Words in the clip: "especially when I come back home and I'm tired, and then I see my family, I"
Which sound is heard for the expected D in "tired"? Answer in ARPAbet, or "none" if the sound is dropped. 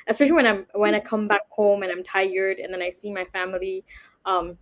D